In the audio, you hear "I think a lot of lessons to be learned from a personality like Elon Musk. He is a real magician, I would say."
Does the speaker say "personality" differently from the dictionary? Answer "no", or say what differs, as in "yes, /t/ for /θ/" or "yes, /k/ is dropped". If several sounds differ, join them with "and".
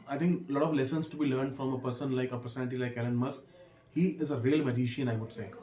yes, /n/ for /l/